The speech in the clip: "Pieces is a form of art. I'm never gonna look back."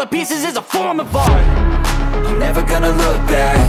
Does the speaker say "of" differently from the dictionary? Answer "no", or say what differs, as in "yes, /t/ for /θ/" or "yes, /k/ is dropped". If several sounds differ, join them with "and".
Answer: yes, /b/ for /v/